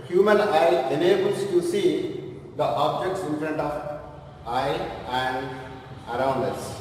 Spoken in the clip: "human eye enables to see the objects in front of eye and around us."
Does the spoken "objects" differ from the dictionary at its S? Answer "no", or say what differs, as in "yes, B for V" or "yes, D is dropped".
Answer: no